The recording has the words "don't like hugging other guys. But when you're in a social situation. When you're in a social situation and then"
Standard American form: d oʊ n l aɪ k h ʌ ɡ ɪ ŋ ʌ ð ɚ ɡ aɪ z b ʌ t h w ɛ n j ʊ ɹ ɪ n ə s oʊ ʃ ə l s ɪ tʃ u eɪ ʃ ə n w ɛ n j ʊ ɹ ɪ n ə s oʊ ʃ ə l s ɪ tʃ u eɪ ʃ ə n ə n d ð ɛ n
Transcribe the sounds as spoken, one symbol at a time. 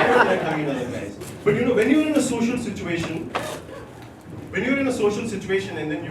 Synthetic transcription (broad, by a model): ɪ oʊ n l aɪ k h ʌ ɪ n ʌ ɚ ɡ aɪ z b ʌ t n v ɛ n j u ɹ ɪ n ə s oʊ ʃ ə l s ɪ tʃ u eɪ ʃ ə n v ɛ n j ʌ ɹ ɪ n ə s oʊ ʃ ə l s ɪ tʃ u eɪ ʃ ə n ə n d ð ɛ n